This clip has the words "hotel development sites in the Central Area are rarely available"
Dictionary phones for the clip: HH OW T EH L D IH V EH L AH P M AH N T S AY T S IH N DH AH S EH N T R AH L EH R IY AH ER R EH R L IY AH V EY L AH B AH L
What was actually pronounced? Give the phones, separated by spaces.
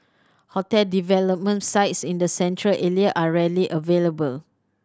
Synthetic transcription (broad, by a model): HH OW T EH L D IH V EH L AH P M AH N T S AY T S IH N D AH S EH N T R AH L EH L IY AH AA R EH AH L IY AH V EY L AH B AH L